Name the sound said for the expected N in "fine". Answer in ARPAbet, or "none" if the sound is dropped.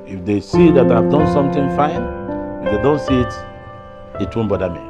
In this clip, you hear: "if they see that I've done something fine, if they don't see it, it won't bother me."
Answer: N